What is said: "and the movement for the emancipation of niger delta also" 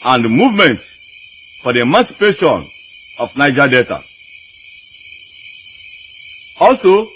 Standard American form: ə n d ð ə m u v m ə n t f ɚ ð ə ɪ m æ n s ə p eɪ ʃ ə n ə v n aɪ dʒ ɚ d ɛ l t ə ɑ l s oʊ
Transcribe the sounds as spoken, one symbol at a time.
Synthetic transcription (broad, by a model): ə n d m u v m ə n t f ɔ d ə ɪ m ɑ n s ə p eɪ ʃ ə n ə f n aɪ dʒ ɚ d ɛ t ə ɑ l s oʊ